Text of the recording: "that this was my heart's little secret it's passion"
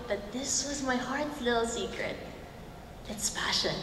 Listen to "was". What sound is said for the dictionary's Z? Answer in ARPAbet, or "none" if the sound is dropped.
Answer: Z